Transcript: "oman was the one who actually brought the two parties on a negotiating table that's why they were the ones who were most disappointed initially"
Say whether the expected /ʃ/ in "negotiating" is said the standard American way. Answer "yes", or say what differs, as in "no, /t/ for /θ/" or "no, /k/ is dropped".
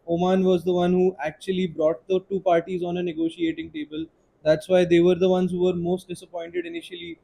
yes